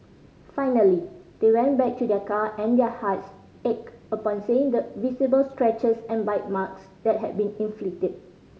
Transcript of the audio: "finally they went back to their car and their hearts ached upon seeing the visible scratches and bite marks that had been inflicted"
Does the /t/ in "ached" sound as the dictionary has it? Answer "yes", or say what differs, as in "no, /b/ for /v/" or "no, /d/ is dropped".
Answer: no, /t/ is dropped